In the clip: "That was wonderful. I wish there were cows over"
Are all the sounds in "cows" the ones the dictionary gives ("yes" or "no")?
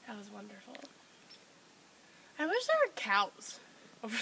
no